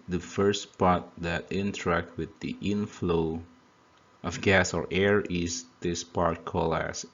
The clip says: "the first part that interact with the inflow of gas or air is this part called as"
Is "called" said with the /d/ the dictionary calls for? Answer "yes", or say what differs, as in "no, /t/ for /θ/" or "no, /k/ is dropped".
no, /d/ is dropped